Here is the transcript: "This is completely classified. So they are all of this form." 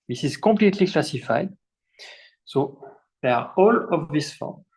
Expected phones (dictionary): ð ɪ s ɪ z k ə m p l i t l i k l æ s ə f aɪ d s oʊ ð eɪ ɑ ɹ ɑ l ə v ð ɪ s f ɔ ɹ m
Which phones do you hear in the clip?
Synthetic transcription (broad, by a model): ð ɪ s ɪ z k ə p l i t l i k l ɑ s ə f aɪ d s oʊ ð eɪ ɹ ɑ l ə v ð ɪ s f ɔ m